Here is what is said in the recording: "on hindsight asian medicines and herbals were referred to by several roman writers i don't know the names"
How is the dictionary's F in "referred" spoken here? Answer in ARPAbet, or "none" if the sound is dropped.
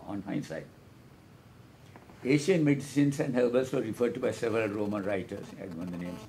F